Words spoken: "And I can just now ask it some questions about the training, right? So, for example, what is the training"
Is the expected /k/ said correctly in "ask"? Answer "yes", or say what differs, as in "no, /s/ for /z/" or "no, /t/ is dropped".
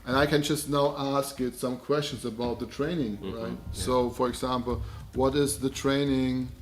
yes